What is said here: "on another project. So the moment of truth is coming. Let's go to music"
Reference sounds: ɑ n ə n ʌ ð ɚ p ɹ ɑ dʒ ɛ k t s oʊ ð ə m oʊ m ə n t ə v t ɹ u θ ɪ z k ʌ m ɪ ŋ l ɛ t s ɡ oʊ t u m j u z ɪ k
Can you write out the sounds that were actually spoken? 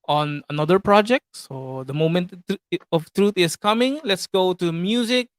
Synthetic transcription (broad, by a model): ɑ n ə n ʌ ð ɚ p ɹ ɑ dʒ ɛ k t s oʊ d ə m oʊ m ə n t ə f t ɹ u t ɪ s k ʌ m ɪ ŋ l ɛ t s ɡ oʊ t u m j u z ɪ k